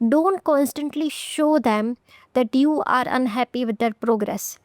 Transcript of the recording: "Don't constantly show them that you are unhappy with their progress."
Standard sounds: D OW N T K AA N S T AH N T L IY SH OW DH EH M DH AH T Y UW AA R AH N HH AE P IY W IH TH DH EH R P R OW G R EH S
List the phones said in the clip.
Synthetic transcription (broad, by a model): D OW N T K AA N S T AH N T L IY SH OW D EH M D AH T Y UW AA R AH N HH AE P IY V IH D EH R P R OW G R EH S